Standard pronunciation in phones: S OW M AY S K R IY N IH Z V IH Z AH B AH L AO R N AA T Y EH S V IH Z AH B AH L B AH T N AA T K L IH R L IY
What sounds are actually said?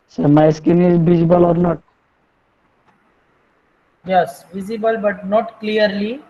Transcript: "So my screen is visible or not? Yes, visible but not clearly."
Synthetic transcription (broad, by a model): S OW M AY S K IY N IH Z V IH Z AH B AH L AO R N AA T Y EH S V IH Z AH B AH L B AH T N AA T K L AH R L IY